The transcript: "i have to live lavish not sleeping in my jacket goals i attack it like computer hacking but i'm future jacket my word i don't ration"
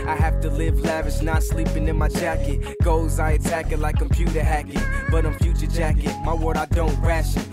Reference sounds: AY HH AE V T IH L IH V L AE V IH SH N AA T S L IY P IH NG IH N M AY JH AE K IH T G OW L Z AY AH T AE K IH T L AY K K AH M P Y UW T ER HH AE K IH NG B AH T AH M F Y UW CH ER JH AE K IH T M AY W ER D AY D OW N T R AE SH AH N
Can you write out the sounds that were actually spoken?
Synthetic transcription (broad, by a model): AY HH AE F T IH L IH V L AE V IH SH N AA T S L IY P IH NG IH N M AY JH AE K IH T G OW Z AY AH T AE K IH T L AY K K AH M P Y UW T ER HH AE K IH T B AH T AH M F Y UW CH ER JH AE K IH T M AY W ER D AY D OW N T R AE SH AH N